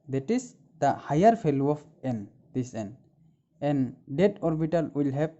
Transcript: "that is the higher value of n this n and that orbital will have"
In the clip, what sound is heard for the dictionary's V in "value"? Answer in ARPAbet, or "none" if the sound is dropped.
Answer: F